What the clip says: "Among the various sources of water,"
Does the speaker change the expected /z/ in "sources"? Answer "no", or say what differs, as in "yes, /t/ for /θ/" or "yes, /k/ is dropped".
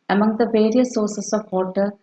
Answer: yes, /s/ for /z/